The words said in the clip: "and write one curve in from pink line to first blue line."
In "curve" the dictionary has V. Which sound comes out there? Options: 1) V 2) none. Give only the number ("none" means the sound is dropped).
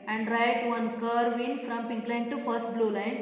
1